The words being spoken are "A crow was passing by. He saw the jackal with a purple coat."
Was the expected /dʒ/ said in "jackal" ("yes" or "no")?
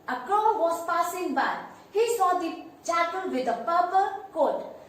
no